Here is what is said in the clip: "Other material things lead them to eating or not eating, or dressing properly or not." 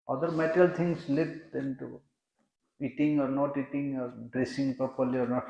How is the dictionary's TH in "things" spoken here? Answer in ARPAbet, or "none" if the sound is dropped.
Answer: T